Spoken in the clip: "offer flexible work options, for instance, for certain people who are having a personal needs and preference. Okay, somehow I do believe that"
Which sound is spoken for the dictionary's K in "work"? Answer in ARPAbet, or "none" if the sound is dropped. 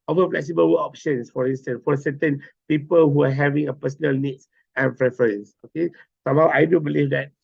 none